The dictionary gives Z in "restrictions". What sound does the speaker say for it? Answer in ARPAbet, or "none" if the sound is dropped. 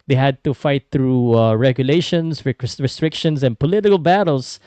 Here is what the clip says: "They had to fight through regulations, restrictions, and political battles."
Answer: S